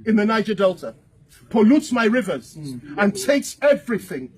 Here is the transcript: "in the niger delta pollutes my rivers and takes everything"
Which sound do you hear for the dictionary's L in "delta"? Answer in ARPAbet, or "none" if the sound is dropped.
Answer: L